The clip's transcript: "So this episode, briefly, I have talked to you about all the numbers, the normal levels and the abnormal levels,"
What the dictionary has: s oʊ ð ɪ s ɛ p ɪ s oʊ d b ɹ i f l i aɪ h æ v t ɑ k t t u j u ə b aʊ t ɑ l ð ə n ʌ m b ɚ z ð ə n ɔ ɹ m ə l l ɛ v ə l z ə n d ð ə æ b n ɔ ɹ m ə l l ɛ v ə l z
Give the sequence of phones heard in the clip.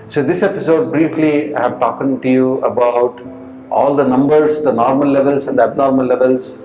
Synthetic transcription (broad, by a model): s oʊ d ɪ s ɛ p ɪ s oʊ d b ɹ i f l i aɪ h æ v t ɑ k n t u j u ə b aʊ t ɑ l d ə n ʌ m b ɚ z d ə n ɔ ɹ m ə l l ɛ v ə l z ə n d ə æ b n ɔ ɹ m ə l l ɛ v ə l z